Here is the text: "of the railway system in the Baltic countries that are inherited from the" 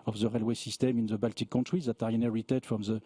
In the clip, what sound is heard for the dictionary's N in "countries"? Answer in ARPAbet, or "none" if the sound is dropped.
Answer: none